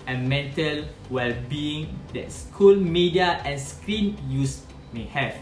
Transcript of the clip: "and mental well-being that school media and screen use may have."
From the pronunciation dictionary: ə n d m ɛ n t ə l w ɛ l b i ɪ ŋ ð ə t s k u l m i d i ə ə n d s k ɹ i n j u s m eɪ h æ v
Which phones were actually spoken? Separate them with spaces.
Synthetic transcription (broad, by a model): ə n m ɛ n t ə l w ɛ l b i ɪ ŋ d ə t s k u l m i d i ə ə n s k ɹ i n j u s m eɪ h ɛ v